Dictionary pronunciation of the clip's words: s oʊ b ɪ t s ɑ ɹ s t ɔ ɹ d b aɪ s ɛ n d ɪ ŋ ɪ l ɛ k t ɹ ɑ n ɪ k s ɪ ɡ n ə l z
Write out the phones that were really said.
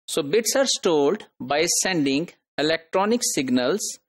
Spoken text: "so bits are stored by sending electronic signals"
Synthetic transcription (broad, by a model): s oʊ b ɪ t s ɑ ɹ s t ɔ l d b aɪ s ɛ n d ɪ ŋ ɪ l ɛ k t ɹ ɑ n ɪ k s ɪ ɡ n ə l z